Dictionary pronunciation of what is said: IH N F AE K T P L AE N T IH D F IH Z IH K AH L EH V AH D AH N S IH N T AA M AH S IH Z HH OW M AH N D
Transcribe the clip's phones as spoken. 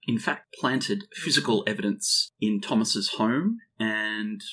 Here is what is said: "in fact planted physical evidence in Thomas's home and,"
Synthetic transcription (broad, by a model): IH N F AE K T P L AE N T IH D F IH Z IH K AH L EH V AH D AH N S IH N T AA M AH S IH Z HH OW M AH N